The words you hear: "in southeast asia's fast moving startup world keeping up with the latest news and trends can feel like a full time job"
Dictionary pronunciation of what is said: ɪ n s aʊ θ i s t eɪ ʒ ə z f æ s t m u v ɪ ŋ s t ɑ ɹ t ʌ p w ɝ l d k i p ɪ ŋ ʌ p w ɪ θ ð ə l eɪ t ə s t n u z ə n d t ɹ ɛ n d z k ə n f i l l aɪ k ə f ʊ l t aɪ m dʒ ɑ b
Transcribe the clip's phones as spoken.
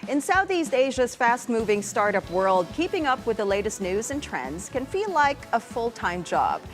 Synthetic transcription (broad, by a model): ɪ n s aʊ θ i s t eɪ ʒ ə z f æ s t m u v ɪ ŋ s t ɑ ɹ t ʌ p w ɝ l d k i p ɪ ŋ ʌ p w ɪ ð ə l eɪ t ə s t n u z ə n t ɹ ɛ n d z k ə n f i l l aɪ k ə f ʊ l t aɪ m dʒ ɑ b